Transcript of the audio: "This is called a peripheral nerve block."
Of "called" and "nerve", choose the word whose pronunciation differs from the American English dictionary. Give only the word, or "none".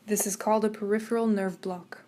none